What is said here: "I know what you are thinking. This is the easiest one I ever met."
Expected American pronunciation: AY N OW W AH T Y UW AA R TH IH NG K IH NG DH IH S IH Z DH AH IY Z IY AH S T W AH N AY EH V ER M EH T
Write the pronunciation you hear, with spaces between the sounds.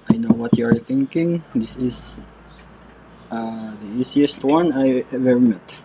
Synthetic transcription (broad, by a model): AY N OW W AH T Y UW AA R TH IH NG K IH NG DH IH S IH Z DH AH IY S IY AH S T W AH N AY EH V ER M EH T